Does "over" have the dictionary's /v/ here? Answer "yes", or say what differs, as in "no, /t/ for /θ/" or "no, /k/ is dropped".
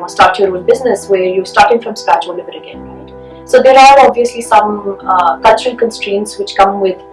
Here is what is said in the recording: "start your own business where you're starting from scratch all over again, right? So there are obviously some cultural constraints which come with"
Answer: no, /b/ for /v/